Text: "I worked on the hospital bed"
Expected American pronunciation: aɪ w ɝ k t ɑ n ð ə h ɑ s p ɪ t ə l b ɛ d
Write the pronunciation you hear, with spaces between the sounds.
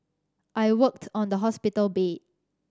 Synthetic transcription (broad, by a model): aɪ w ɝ k t ɑ n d ə h ɑ s p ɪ t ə l b ɛ